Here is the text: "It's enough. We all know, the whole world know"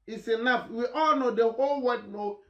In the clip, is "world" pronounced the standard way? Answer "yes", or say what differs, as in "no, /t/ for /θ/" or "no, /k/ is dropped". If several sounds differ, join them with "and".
no, /l/ is dropped